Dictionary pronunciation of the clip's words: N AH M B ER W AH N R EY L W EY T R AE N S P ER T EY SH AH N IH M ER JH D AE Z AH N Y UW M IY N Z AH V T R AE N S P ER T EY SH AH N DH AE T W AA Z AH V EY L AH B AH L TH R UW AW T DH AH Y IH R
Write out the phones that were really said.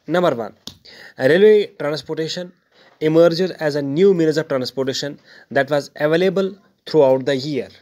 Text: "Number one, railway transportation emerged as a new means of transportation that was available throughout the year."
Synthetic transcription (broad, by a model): N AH M B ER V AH N R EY L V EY T R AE N S P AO T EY SH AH N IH M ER JH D AE Z AH N Y UW M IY L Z AH V T R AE N S P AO T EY SH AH N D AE T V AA Z AH V EY L AH B AH L T R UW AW T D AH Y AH R